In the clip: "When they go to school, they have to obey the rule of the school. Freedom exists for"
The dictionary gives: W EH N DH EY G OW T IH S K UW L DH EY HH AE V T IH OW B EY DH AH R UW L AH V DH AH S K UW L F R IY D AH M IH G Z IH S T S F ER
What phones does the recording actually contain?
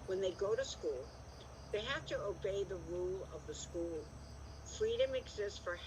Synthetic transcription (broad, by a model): W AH N DH EY G OW T IH S K UW L DH EY HH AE F T IH OW B EY DH AH R UW L AH V DH AH S K UW L F R IY D AH M IH G Z IH S T S F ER